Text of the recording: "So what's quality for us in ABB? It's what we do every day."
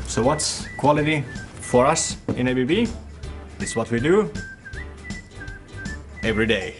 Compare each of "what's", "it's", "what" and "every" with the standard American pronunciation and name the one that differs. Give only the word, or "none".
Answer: none